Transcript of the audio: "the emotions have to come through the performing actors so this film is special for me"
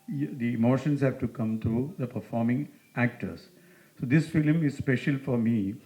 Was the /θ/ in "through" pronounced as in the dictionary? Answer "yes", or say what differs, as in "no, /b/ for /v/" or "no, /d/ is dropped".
no, /t/ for /θ/